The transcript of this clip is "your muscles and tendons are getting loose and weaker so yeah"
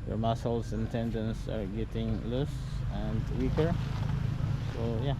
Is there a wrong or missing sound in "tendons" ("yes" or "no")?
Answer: yes